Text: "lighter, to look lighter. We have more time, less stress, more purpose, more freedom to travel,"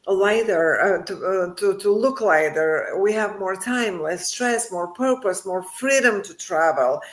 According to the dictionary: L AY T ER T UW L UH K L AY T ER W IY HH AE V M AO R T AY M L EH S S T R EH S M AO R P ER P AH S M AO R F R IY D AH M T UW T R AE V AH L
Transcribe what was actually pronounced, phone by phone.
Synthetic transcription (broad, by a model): L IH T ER T UW L UH K L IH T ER W IY HH AE V M AO R T AY M L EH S S T R EH S M AO R P ER P AH S M AO R F R IY D AH M T UW T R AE V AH L